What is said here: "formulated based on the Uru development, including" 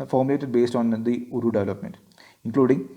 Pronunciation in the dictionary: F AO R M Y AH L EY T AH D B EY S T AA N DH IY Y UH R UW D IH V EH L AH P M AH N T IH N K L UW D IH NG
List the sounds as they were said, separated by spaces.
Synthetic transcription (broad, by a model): F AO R M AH L EY T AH D B EY S T AA N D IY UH R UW D IH V EH L AH P M AH N T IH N K L UW D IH NG